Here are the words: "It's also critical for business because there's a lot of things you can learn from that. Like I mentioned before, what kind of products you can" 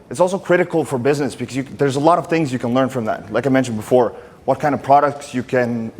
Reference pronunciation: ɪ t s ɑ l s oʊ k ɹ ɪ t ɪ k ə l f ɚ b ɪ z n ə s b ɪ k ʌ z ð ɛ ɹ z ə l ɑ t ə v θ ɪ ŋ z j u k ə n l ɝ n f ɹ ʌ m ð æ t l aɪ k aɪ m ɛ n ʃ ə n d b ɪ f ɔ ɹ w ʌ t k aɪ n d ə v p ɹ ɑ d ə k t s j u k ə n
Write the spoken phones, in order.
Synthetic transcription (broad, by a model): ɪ t s ɑ l s oʊ k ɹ ɪ t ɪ k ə l f ɚ b ɪ z n ə s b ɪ k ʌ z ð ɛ ɹ z ə l ɑ t ə v θ ɪ ŋ z j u k ə n l ɝ n f ɹ ʌ m ð æ t l aɪ k aɪ m ɛ n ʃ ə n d b ɪ f ɔ ɹ w ʌ t k aɪ n d ə v p ɹ ɑ d ə k t s j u k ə n